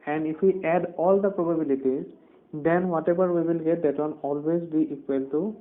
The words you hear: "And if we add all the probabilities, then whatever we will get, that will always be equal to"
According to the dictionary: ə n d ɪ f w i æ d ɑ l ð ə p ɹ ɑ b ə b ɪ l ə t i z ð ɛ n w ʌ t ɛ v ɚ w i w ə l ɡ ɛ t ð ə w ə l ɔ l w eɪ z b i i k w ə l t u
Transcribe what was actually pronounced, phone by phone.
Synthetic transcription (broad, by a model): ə n d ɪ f w i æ d ɑ l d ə p ɹ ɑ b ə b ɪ l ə t i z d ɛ n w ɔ t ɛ b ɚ w i w ə l ɡ ɛ t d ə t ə n ɔ l w eɪ z b i i k w ə l t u